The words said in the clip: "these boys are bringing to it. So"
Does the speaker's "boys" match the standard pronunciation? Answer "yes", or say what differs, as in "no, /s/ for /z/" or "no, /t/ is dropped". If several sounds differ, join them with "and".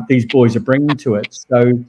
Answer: yes